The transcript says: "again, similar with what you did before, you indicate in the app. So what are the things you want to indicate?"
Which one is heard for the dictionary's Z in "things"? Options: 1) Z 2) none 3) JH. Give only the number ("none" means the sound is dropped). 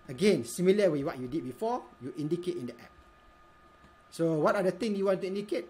2